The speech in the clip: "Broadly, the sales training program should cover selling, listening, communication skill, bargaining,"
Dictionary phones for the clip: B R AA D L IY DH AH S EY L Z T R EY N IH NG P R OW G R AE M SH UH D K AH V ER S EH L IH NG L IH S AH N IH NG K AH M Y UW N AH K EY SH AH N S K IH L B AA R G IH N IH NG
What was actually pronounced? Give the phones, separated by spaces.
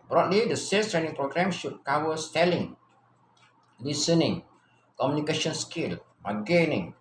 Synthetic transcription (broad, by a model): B R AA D L IY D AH S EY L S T R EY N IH NG P R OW G R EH M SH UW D K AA W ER S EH L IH NG L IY S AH N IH NG K AH M Y UW N AH K EY SH AH N S K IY L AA G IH N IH NG